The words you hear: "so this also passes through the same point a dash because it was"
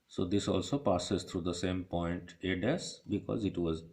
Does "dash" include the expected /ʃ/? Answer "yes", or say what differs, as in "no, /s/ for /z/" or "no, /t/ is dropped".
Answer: no, /s/ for /ʃ/